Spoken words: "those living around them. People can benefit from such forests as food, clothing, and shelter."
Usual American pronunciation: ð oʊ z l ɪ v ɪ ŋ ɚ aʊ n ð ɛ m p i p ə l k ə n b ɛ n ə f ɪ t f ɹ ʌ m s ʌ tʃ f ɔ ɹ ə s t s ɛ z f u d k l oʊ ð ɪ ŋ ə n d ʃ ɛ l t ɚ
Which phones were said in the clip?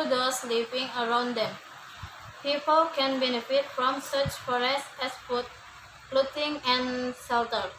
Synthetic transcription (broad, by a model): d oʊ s l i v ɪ ŋ ɚ aʊ n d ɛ m p i p ə l k ə n b ɛ n ə f ɪ t f ɹ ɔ m s ʌ tʃ f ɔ ɹ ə s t ɛ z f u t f l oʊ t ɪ ŋ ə n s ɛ l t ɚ